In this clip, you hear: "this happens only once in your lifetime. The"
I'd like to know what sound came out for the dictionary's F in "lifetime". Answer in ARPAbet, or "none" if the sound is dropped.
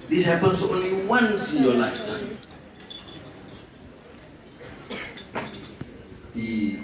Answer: none